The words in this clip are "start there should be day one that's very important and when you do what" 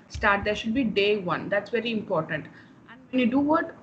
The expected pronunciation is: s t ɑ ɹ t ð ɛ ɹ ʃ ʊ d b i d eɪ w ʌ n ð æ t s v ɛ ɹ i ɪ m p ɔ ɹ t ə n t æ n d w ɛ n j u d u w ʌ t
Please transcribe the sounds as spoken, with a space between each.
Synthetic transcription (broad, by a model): s t ɑ ɹ t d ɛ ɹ ʃ ʊ d b i d eɪ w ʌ n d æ t s v ɛ ɹ i ɪ m p ɔ ɹ t ə n t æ n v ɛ n j u d u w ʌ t